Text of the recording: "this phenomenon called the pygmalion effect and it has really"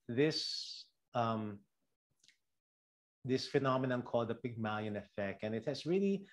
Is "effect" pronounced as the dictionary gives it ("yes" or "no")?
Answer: yes